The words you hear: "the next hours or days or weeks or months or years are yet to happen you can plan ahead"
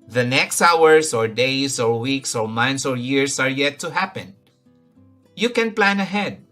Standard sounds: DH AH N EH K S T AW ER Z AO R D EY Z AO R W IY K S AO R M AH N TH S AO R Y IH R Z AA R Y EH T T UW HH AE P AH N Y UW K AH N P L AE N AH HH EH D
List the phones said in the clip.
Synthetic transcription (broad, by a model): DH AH N EH K S T AW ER S AO R D EY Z AO R W IY K S AO R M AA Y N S AO R Y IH R S AA R Y EH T T UW HH AE P AH N Y UW K AH N P L AE N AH HH EH D